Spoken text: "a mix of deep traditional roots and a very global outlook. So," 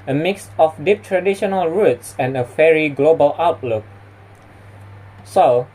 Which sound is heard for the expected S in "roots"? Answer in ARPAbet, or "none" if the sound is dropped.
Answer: S